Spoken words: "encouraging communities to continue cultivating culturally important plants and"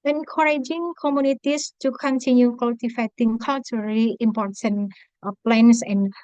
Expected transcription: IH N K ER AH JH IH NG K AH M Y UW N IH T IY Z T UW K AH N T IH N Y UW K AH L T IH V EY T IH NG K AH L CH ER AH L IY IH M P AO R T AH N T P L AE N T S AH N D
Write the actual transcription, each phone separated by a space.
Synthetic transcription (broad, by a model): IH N K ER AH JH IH NG K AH M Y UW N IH T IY S T UW K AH N T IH N Y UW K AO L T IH F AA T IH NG K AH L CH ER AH L IY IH M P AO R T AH N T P L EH N S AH N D